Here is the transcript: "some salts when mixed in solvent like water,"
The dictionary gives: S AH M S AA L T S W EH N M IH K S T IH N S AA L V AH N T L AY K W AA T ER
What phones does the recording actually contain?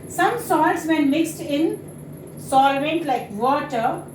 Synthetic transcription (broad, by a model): S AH M S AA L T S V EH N M IH K S T IH N S AA L V AH N T L AY K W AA T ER